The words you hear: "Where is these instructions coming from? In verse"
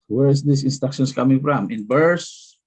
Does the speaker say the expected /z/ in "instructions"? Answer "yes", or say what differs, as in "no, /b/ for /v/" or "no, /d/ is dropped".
no, /s/ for /z/